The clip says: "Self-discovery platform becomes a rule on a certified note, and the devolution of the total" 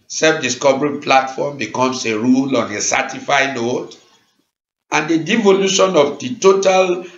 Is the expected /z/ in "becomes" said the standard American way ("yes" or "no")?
no